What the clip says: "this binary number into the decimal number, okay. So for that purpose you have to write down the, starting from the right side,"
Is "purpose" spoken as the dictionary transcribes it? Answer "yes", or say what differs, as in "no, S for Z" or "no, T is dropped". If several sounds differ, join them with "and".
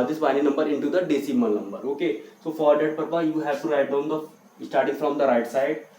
no, S is dropped